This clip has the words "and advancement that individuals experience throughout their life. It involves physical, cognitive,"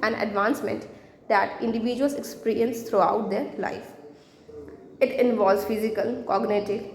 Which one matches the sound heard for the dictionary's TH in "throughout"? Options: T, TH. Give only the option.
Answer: T